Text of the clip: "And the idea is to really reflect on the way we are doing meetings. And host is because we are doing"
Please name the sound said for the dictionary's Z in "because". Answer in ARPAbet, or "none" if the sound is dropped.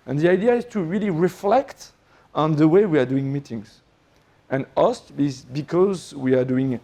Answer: Z